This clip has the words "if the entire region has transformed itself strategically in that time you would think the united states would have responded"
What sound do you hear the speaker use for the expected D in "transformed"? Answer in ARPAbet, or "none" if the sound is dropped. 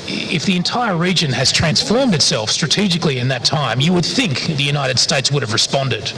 D